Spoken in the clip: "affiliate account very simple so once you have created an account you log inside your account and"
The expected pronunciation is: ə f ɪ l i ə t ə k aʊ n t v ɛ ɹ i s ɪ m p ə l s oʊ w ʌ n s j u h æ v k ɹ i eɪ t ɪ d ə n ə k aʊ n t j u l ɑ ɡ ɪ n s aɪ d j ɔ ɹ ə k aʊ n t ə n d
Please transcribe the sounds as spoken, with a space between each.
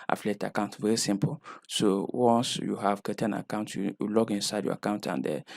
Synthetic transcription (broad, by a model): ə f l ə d ə k aʊ n t v ɛ ɹ i s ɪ m p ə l s oʊ w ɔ n s j u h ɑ v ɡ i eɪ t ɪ ə n ə k aʊ n t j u l ɑ ɡ ɪ n s aɪ d j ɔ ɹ ə k aʊ n t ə n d